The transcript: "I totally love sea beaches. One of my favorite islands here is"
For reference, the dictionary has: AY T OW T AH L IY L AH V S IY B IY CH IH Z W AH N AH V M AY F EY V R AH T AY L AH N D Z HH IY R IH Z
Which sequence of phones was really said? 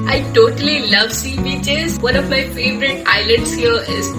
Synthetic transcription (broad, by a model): AY T OW T AH L IY L AH V S IY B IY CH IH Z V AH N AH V M AY F EY V R AH T AY L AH N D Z HH IY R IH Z